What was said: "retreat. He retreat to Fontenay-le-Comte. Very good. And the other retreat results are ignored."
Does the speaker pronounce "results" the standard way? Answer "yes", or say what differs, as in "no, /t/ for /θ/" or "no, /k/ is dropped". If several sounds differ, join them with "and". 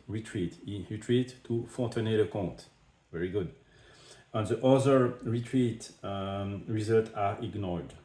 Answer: no, /s/ is dropped